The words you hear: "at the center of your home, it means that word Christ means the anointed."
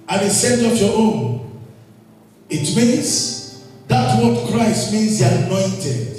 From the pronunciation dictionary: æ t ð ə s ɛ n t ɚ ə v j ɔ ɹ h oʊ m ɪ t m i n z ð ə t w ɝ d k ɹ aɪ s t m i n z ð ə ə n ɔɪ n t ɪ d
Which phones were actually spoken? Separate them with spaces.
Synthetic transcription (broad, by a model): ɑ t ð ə s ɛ n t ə p j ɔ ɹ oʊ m ɪ t m i n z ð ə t w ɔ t k ɹ aɪ s t m i n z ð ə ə n ɔɪ n t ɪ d